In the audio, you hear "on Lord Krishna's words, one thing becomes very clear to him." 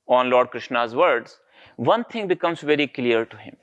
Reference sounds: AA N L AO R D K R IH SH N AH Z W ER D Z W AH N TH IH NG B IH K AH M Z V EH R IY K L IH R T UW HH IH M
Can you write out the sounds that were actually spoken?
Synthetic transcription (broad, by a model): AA N L AO R D K R IH SH N AH Z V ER D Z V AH N T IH NG B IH K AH M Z V EH R IY K L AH R T UW HH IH M